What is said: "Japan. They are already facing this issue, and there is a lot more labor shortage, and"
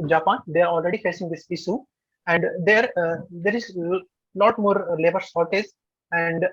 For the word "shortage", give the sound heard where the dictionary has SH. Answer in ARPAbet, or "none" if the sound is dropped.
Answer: S